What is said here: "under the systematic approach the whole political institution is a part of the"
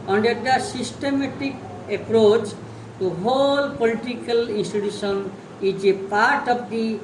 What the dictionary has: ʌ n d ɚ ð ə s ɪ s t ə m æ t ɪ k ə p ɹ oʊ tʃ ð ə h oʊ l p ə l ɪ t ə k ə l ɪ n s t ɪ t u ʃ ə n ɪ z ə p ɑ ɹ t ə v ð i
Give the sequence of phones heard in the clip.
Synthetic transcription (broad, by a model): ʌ n d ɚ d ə s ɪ s t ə m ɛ t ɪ k ə p ɹ oʊ tʃ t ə h oʊ l p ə l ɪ t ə k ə l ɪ n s t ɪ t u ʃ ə n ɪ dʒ ə p ɑ ɹ t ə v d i